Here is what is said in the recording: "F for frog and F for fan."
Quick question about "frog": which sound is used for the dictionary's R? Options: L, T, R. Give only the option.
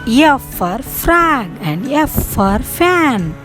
R